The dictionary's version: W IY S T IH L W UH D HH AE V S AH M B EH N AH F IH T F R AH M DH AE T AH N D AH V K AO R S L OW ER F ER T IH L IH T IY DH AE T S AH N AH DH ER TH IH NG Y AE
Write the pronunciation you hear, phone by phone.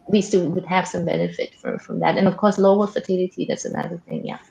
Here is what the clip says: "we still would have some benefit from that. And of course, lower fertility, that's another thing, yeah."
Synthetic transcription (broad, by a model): W IY S T IH L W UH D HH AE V S AH M B EH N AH F IH T F R AH M DH AE T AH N AH V K AO R S L OW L F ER T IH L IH T IY DH AE T S AH N AH DH ER TH IH NG Y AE